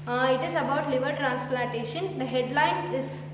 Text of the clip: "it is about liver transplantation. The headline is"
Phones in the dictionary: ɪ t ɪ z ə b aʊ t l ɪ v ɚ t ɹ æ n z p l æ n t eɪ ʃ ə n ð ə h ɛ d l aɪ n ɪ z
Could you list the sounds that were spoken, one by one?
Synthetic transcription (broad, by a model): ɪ t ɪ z ə b aʊ t l ɪ v ɚ t ɹ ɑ n s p l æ n t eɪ ʃ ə n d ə h ɛ d l aɪ n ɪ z